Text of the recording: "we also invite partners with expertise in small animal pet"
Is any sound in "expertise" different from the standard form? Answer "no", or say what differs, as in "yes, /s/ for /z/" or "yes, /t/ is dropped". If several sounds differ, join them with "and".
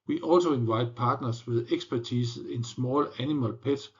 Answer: yes, /s/ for /z/